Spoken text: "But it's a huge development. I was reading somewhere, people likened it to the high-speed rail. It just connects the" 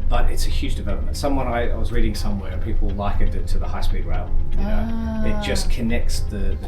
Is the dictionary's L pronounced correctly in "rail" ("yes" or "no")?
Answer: no